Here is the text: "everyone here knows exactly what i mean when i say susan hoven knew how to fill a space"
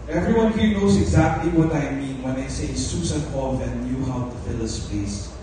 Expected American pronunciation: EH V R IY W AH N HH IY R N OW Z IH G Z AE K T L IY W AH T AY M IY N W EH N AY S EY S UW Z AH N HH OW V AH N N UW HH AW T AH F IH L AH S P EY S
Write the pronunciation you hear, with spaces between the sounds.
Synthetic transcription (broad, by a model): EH V R IY W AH N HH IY N OW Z IH G Z AE K T L IY W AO T AY M IY N W EH N AY S EY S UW S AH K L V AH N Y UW HH AW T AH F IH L AH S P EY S